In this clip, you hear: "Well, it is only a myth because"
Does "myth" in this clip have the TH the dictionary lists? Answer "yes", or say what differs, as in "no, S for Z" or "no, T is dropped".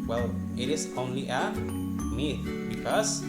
no, T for TH